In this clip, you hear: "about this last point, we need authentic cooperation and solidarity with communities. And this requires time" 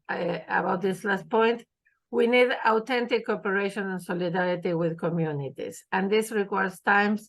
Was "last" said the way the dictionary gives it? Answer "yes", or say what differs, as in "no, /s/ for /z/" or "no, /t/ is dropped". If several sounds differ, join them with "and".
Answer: yes